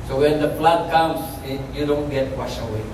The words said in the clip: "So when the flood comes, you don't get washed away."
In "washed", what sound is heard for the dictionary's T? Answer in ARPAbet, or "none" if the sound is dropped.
none